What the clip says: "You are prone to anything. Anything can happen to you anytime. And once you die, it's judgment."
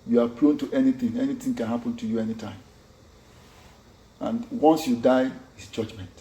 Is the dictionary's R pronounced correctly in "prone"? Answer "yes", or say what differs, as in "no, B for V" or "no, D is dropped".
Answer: no, L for R